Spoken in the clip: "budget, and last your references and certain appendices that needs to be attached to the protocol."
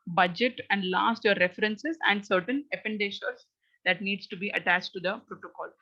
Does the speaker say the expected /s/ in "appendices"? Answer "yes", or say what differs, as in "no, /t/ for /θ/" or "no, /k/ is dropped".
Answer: no, /ʃ/ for /s/